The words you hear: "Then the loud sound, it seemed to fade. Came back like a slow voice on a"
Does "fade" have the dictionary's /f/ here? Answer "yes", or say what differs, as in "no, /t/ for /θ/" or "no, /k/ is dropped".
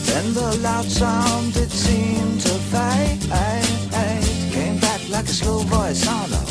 no, /p/ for /f/